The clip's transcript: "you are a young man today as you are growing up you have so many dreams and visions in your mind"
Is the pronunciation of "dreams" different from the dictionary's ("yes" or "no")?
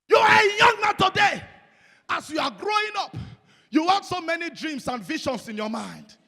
yes